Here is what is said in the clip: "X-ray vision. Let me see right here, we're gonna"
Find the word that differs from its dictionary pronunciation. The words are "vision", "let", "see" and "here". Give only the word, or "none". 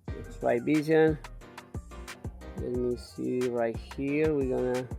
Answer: vision